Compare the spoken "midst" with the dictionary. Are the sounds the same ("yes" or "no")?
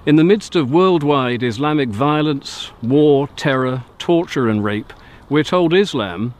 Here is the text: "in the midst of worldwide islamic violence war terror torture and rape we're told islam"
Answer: yes